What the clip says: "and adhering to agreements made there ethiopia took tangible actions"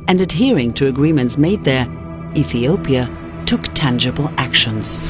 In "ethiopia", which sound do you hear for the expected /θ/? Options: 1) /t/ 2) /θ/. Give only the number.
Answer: 2